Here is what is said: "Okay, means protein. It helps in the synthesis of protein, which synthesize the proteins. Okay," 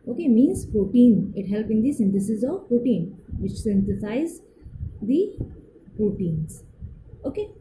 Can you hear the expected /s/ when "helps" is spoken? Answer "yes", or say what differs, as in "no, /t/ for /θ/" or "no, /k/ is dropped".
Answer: no, /s/ is dropped